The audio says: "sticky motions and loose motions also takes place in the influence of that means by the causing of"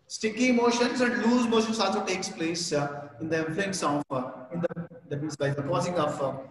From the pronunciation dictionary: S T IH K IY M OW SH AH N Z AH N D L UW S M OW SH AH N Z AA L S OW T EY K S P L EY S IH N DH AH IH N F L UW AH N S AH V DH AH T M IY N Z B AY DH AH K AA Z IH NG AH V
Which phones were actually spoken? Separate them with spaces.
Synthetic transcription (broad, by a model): S T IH K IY M OW SH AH N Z AH N D L UW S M OW SH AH N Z AA L S OW T EY K S P L EY S IH N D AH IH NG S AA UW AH N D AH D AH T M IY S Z B AY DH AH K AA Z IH NG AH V